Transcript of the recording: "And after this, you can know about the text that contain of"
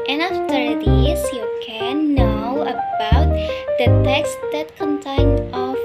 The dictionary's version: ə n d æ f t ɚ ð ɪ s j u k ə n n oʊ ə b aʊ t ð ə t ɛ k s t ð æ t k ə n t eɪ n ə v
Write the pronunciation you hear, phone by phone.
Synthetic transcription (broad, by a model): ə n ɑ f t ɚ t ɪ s j u k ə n n oʊ ə b aʊ t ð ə t ɛ k s t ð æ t k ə n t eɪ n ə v